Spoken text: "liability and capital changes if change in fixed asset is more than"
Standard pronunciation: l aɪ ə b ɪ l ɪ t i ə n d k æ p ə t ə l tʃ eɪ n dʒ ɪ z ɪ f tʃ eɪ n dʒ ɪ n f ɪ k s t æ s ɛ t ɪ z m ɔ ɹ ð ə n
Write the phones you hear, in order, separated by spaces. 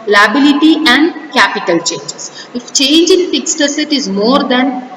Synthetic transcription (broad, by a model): l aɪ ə b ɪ l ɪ t i ə n d k æ p ə t ə l tʃ eɪ n dʒ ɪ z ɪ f tʃ eɪ n dʒ ɪ n f ɪ k s t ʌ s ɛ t ɪ z m ɔ ɹ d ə n